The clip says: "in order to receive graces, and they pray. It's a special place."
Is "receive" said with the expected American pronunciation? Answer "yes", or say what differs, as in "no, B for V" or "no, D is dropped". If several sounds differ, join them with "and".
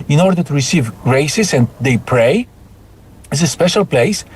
yes